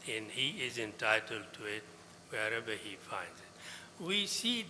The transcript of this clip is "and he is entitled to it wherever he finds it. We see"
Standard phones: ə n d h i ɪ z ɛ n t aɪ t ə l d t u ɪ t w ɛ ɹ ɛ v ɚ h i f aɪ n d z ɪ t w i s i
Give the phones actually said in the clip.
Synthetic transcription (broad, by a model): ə n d h i ɪ z ɛ n t aɪ t ə l d t u ɪ t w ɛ ɹ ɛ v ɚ h i f aɪ n d z ɪ t w i s i